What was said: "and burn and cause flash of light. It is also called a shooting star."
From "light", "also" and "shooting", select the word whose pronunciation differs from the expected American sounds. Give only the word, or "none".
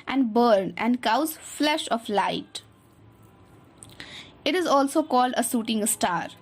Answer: shooting